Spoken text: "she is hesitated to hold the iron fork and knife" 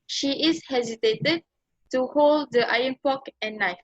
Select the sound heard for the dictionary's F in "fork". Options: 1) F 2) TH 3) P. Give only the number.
3